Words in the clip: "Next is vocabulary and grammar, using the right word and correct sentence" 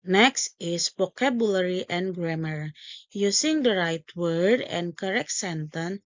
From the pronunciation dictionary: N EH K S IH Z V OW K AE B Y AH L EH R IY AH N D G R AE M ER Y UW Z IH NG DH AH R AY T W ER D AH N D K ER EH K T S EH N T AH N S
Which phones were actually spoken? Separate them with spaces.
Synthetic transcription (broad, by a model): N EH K S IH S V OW K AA B Y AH L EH R IY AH N G R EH M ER Y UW S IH NG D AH R AY T W ER D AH N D K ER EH K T S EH N T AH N